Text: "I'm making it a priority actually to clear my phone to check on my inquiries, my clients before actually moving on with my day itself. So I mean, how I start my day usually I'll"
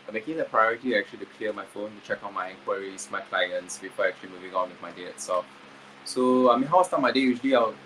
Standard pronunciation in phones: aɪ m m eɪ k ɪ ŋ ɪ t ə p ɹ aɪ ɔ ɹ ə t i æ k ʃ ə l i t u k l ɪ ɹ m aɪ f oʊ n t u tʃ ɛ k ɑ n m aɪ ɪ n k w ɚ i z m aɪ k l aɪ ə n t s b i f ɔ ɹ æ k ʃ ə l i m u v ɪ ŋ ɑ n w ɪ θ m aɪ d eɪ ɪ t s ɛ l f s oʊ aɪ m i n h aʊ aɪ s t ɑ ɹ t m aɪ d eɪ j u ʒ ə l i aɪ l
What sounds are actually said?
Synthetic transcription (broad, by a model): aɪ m m eɪ k ɪ ŋ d ə p ɹ aɪ ɔ ɹ ə t i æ k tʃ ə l i t u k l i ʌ m aɪ f oʊ n t u tʃ ɛ k ɑ n m aɪ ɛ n k w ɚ i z m aɪ k l aɪ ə n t s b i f ɔ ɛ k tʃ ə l i m u v ɪ ŋ ɑ n w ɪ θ m aɪ d eɪ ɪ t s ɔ f s oʊ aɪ m i n h aʊ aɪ s t ɑ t m aɪ d eɪ j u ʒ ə l i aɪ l